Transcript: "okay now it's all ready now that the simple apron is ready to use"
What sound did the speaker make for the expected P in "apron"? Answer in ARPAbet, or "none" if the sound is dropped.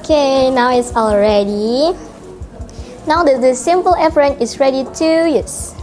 F